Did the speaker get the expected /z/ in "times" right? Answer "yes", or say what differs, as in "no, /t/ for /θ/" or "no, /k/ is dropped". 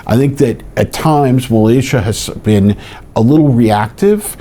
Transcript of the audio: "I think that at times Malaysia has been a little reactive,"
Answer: yes